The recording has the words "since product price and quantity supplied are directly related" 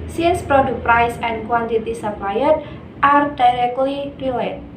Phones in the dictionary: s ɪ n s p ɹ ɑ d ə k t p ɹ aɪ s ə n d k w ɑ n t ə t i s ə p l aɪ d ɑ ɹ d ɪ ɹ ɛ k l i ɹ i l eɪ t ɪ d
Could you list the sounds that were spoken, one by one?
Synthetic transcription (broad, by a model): s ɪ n s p ɹ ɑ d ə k p ɹ aɪ s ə n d k w ɑ n t ə t i s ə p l aɪ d ɑ ɹ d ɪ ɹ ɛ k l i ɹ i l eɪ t